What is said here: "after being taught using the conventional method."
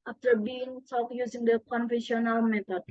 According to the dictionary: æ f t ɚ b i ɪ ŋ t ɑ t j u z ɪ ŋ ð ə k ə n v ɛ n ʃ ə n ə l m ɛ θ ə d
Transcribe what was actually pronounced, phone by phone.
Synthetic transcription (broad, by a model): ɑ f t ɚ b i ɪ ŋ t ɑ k j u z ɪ ŋ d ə k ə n f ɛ ʃ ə n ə l m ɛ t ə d